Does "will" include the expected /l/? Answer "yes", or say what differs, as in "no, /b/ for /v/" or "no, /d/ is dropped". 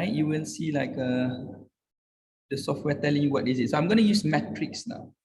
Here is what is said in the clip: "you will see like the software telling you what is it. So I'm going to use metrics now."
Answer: no, /n/ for /l/